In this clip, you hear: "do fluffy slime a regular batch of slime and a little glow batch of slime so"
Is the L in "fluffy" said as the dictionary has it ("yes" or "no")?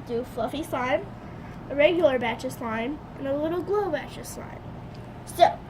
yes